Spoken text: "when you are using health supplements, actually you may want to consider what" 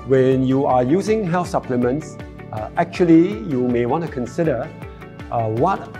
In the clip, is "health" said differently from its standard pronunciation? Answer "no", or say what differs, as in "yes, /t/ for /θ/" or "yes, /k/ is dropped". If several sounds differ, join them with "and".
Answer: yes, /f/ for /θ/